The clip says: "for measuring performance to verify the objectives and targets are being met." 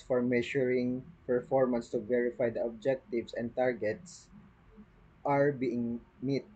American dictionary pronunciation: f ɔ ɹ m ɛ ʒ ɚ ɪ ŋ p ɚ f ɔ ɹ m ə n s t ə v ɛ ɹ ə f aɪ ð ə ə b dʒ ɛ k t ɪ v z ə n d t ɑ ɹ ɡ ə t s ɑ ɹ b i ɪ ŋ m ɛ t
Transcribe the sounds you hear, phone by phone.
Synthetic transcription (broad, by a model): f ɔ ɹ m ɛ ʃ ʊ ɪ ŋ p ɚ f ɔ ɹ m ə n s t ə v ɛ ɹ ə f aɪ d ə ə b dʒ ɛ k t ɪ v s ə n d t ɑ ɹ ɡ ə t s ɑ ɹ b i ɪ ŋ m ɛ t